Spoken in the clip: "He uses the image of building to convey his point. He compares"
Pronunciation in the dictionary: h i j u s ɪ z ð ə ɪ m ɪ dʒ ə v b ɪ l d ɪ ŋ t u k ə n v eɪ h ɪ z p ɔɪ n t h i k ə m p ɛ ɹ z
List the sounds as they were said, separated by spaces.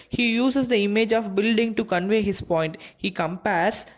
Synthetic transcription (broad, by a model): h i j u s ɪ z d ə ɪ m ɪ dʒ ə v b ɪ l d ɪ ŋ t u k ə n v eɪ h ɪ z p ɔɪ n t h i k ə m p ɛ ɹ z